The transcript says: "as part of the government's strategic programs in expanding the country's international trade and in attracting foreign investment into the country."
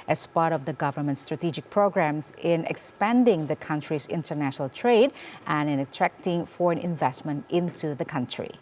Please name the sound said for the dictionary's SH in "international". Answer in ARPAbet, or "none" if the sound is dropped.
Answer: SH